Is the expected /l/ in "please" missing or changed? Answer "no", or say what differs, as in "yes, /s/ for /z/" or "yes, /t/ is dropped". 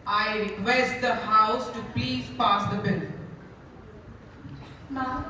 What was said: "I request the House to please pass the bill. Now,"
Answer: no